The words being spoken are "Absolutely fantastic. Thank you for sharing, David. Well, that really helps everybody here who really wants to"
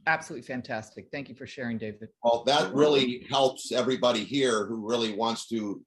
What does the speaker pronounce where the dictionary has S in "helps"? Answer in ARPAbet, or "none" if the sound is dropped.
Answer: S